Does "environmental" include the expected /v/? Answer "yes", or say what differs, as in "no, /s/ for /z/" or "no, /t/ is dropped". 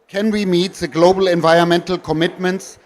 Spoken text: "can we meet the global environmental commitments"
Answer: yes